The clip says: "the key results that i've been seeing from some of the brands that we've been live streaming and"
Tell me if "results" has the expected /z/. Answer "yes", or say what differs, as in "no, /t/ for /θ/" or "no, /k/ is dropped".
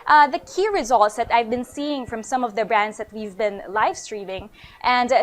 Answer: yes